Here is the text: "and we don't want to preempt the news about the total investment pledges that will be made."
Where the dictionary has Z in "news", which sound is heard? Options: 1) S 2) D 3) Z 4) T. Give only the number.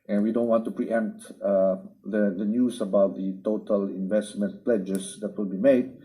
1